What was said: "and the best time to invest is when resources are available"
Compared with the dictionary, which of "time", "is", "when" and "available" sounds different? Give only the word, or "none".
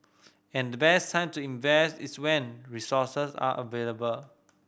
is